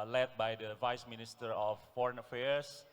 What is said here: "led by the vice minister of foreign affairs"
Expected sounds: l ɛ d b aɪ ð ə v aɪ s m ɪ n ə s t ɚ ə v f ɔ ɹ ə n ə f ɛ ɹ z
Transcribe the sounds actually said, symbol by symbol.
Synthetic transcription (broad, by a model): l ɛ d b aɪ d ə v aɪ s m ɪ n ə s t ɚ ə f ɔ ɹ ə n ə f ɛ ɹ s